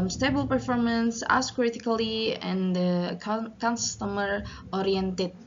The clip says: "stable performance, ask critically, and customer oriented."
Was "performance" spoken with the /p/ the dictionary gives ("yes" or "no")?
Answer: yes